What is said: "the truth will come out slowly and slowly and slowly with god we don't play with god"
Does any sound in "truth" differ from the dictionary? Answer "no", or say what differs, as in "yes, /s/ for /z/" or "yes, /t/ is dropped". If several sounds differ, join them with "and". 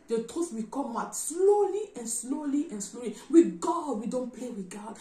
yes, /s/ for /θ/